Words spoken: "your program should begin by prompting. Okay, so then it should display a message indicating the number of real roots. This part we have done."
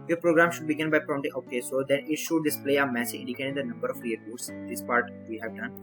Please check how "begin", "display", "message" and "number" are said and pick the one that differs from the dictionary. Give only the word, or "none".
message